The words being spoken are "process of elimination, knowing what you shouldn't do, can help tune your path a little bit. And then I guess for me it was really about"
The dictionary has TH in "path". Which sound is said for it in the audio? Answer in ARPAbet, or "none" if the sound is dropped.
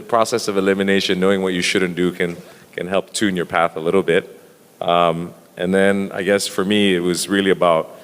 TH